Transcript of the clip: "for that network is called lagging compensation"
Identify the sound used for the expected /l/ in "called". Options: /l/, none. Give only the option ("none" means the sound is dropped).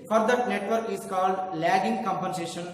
/l/